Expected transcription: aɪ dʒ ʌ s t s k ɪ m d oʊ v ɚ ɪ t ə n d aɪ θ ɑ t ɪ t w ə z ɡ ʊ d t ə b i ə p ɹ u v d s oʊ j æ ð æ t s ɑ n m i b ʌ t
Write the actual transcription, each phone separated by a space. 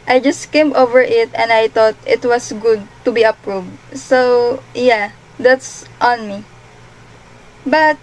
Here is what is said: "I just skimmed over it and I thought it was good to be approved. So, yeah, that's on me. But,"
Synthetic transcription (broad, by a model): aɪ dʒ ʌ s t k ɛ m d oʊ v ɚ ɪ t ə n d aɪ t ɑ t ɪ t w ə s ɡ ʊ d t ə b i ə p ɹ u v d s oʊ j æ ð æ t s ɑ n m i b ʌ t